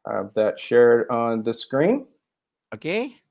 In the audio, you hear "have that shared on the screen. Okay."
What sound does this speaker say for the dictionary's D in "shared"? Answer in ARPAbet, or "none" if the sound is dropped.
D